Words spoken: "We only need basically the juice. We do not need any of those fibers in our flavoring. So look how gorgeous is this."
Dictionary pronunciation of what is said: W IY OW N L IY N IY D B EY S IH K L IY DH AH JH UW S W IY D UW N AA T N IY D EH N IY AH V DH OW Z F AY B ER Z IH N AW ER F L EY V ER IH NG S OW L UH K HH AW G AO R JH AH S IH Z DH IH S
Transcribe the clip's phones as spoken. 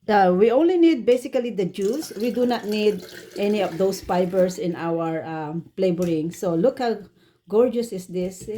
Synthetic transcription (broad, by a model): W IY OW N L IY N IY D B EY S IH K L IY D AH JH UW S W IY D UW N AA T N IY D EH N IY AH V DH OW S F AY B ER S IH N AW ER P L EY B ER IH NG S OW L UH K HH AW G AO R JH AH S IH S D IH S